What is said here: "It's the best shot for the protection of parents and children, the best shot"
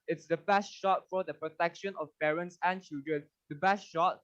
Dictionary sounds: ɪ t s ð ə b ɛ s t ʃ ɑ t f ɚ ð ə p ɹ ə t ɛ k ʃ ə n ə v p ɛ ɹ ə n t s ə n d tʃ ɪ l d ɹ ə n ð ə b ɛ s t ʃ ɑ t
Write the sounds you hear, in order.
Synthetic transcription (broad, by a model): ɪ t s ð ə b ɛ s t ʃ ɑ t f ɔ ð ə p ɹ ə t ɛ k ʃ ə n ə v p ɛ ɹ ə n t s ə n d tʃ ɪ l d ɹ ə n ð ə b ɛ s t ʃ ɑ t